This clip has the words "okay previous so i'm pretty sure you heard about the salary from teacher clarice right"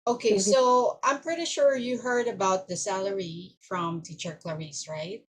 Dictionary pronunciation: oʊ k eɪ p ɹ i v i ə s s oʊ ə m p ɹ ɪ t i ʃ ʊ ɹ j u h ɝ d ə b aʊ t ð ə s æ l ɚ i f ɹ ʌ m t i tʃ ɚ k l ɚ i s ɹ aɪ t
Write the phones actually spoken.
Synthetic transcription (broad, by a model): oʊ k eɪ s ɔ i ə ə m p ɹ ɪ t i ʃ ʊ ɹ j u h ɝ d ə b aʊ t ð ə s æ l ɚ i f ɹ ʌ m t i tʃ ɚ k l ɚ i s ɹ aɪ t